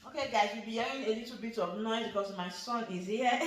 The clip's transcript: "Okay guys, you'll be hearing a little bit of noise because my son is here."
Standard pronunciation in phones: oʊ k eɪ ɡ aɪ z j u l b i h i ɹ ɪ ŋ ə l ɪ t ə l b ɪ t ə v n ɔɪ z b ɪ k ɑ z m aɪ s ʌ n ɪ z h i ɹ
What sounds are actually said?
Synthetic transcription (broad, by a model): oʊ k eɪ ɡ aɪ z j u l b i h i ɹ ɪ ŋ ə l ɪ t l b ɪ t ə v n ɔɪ b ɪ k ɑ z m aɪ s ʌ n ɪ z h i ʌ